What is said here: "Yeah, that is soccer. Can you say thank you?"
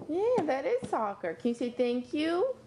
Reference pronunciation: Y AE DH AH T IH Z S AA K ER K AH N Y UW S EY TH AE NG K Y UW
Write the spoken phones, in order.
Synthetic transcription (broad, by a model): Y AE DH AH T IH Z S AA K ER K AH N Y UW S EY TH AE NG K Y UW